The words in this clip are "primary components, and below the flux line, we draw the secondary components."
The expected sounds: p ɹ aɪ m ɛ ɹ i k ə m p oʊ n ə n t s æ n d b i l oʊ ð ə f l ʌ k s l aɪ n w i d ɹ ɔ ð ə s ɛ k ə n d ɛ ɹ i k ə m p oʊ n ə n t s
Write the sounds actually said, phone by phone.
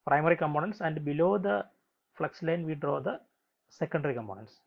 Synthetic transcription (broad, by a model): p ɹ aɪ m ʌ ɹ i k ə m p oʊ n ə n t s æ n d b i l oʊ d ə f l ʌ k s l aɪ n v i d ɹ ɔ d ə s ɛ k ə n d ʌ ɹ i k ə m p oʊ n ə n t s